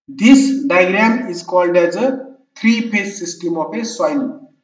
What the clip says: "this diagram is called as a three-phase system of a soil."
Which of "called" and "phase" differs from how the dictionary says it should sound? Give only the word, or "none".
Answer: phase